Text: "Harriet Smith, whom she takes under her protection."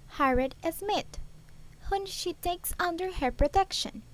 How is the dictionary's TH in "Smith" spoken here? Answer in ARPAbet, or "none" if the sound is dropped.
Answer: T